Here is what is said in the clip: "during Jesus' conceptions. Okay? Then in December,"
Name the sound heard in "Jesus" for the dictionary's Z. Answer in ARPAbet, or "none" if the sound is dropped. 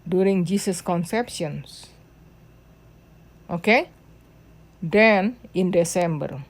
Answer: S